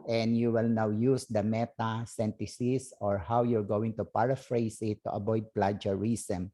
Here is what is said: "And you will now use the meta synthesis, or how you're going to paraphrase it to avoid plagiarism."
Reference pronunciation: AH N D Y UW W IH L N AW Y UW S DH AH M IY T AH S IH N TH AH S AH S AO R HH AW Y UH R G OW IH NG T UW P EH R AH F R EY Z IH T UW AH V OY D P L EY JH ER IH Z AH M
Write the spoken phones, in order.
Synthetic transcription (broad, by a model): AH N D Y UW W IH L N AW Y UW S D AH M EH T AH S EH N T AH S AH S AO R HH AW Y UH R G OW IH NG T UW P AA R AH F R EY S IH T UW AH B OY D P L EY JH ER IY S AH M